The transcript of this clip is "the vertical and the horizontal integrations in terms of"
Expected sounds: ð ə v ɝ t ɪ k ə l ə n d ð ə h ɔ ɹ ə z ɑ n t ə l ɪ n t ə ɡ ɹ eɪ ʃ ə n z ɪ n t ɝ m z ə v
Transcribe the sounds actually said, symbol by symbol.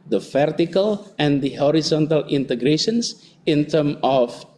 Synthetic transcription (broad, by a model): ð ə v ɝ t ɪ k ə l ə n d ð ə h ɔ ɹ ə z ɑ n t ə l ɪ n t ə ɡ ɹ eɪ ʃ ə n s ɪ n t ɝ m ə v